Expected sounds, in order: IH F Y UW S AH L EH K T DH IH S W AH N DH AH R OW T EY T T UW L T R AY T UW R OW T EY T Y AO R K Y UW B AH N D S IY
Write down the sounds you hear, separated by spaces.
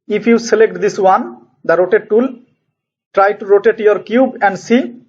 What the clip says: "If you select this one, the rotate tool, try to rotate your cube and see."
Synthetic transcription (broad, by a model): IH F Y UW S AH L EH K T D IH S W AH N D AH R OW T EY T T UW L T R AY T UW R OW T EY T Y AO R K Y UW B AH N D S IY